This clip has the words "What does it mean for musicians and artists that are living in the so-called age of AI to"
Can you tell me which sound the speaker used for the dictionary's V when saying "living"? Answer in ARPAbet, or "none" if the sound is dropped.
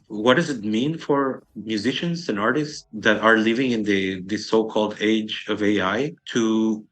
V